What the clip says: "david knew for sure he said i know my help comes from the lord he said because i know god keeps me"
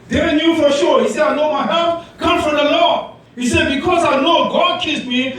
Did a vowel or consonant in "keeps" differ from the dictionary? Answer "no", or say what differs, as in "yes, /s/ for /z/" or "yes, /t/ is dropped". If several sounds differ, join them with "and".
yes, /p/ is dropped